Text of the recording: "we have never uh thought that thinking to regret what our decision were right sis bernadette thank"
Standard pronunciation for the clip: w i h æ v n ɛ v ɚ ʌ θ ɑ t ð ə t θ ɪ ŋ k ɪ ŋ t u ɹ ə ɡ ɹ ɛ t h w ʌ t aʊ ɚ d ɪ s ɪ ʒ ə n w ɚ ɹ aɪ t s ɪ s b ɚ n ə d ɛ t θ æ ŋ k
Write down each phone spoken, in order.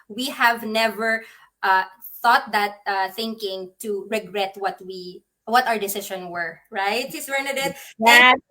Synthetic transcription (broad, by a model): w i h æ v n ɛ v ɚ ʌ θ ɑ t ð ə t θ ɪ ŋ k ɪ ŋ t u ɹ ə ɡ ɹ ɛ t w w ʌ t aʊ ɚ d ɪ s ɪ ʃ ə n w ɚ ɹ aɪ t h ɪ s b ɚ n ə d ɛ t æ